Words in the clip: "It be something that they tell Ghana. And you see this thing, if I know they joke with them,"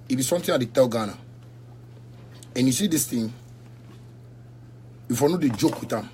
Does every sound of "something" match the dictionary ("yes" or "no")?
no